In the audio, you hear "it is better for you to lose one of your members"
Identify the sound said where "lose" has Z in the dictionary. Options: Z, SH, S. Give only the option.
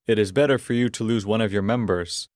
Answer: Z